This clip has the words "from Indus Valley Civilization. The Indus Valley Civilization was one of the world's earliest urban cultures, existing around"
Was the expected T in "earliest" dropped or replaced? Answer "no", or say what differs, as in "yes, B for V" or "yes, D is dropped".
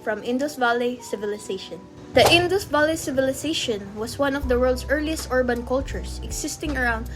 no